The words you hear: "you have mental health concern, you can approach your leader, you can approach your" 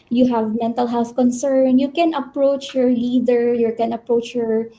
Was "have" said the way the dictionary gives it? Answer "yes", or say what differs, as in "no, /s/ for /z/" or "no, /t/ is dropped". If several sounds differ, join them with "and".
yes